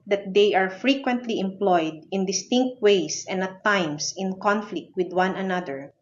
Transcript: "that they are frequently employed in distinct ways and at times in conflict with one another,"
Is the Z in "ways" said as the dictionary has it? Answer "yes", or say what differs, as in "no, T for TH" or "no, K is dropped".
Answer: no, S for Z